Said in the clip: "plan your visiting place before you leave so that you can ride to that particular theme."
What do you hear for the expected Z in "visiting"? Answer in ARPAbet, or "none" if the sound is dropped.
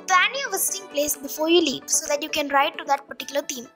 S